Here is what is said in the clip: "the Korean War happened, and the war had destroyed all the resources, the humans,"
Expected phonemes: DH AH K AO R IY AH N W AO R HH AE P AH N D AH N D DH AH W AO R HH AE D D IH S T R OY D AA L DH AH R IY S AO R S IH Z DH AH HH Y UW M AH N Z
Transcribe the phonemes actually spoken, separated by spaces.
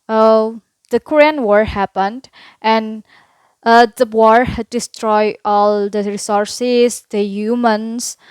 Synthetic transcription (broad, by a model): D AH K AO R IY AH N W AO R HH AE P AH N D AH N D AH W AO R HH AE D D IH S T R OY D AA L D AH R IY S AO R S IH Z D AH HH Y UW M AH N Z